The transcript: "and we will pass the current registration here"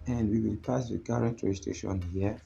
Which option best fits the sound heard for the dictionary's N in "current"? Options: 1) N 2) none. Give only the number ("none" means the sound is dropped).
1